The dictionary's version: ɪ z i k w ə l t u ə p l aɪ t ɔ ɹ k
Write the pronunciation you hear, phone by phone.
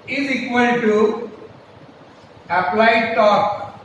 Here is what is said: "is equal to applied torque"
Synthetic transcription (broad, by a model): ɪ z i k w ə n t u ə p l aɪ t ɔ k